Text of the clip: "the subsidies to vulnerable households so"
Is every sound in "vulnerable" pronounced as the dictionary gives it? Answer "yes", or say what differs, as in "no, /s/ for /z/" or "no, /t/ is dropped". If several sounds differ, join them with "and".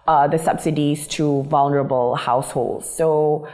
yes